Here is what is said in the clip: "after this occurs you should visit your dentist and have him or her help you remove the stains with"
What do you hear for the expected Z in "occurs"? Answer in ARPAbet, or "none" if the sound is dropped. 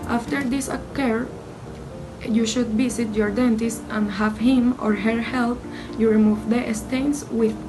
none